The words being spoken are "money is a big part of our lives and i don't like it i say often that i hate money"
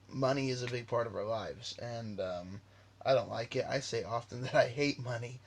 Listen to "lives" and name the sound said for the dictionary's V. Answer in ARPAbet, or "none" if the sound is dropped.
V